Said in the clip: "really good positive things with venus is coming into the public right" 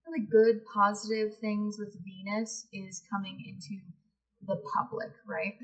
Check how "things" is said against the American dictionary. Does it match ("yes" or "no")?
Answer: yes